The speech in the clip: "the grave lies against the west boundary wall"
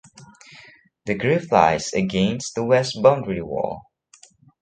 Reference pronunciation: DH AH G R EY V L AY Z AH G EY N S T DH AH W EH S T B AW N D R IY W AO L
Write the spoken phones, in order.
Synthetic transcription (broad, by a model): DH AH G R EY F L AY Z AH G EY N S T DH AH W EH S T B AW N D R IY W AO